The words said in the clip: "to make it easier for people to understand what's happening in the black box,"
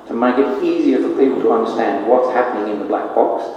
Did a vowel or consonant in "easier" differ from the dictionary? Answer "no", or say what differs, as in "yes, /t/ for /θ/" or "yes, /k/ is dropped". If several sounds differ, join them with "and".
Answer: no